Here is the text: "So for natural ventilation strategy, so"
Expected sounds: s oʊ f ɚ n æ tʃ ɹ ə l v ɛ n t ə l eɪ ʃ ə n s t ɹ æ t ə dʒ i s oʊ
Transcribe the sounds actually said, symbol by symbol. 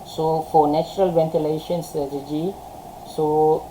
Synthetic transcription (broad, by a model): s oʊ f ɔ n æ tʃ ɹ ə l v ɛ n t ə l eɪ ʃ ə n s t æ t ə dʒ i s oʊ